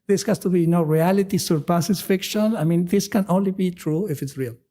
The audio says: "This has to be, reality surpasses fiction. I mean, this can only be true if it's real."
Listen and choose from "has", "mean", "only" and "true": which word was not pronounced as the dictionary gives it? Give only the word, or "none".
has